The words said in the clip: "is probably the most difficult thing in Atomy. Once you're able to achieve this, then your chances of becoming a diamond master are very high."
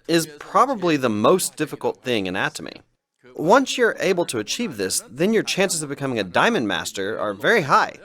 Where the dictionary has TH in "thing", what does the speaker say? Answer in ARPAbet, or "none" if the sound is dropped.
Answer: TH